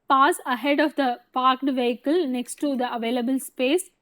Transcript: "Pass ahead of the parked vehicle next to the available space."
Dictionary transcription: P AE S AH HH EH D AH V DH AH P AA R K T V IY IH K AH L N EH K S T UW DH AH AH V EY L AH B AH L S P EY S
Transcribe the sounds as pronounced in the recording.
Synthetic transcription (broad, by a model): P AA S AH HH EH D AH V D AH P AA R K T V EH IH K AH L N EH K S T UW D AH AH V EY L AH B AH L S P EY S